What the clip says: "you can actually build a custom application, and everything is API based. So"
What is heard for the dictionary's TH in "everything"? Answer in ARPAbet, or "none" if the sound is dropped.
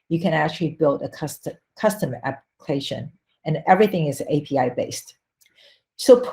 TH